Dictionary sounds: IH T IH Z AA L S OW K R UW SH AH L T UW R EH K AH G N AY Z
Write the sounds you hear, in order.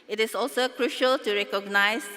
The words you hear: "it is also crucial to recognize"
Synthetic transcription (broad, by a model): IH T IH S AA L S OW K R UW SH AH L T UW R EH K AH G N AY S